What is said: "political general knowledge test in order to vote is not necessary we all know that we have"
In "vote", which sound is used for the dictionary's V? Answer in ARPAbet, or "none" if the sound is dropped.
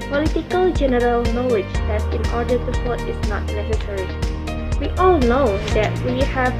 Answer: F